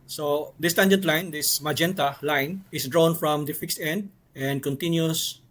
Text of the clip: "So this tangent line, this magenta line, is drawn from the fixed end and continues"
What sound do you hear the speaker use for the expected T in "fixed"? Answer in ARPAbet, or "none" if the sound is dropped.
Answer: T